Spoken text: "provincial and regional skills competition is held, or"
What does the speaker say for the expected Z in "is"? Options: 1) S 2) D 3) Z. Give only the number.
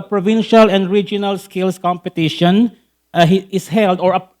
1